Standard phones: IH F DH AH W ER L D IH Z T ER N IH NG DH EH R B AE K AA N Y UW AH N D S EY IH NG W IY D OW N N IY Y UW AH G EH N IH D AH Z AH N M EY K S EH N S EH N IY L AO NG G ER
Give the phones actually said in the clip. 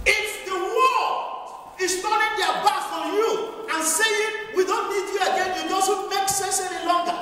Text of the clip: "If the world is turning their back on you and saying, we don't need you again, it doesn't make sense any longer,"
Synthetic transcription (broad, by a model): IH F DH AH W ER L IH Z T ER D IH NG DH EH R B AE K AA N Y UW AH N S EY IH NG W IY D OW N N IY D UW AH G EH N IH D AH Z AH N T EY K S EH S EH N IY L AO NG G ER